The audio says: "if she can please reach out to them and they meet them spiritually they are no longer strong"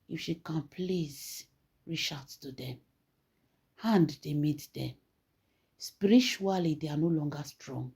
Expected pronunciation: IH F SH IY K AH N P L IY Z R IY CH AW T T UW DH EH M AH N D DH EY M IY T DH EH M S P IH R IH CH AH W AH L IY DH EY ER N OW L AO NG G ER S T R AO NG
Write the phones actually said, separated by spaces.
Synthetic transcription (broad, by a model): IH F SH IY K AH N P L IY Z R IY SH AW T T UW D EH M AH N D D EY M IY T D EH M S P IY R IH CH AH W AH L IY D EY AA N OW L AO NG G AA S T R AO NG